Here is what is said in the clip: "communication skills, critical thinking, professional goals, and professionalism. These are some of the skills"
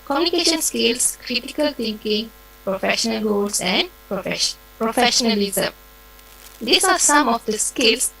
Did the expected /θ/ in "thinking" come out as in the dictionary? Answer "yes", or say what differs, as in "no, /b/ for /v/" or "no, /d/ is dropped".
no, /t/ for /θ/